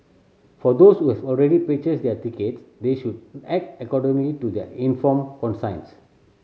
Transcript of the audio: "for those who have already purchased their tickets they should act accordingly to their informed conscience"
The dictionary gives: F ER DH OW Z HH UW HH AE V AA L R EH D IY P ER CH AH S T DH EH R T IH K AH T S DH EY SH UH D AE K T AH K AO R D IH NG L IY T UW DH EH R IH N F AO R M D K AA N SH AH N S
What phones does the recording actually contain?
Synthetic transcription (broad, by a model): F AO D OW S HH UW HH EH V AA L R EH D IY P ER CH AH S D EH T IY K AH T S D EY SH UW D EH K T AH K AO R D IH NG L IY T UW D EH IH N F AO M K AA N S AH N S